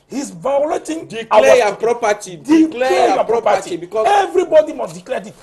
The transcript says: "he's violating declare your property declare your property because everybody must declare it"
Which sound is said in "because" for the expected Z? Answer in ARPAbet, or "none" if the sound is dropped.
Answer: none